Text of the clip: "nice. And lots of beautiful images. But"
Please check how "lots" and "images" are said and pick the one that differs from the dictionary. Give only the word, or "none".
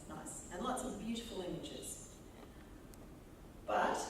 none